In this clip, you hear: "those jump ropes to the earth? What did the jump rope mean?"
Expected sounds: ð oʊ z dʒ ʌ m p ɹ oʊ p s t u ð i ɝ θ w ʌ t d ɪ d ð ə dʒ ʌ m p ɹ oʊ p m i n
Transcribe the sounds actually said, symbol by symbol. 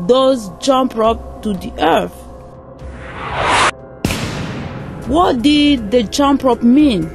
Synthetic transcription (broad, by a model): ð oʊ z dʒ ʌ m p ɹ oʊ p t u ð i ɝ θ w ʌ t d ɪ d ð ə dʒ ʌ m p ɹ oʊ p m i n